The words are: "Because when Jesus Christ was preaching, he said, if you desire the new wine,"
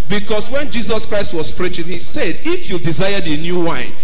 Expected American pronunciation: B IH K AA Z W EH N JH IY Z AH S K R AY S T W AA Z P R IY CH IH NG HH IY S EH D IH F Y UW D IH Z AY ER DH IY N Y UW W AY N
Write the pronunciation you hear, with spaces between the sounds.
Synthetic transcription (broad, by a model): B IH K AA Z W EH N JH IY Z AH S K R AY S T W AA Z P R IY CH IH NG HH IY S EH D IH F Y UW D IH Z AY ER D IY N Y UW W AY N